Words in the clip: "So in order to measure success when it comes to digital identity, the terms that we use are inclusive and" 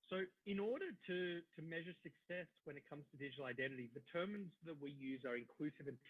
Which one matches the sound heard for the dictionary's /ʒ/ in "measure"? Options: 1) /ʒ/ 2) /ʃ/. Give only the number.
1